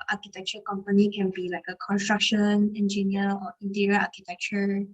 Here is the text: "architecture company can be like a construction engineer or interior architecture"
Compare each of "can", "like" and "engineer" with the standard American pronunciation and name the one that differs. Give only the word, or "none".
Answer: engineer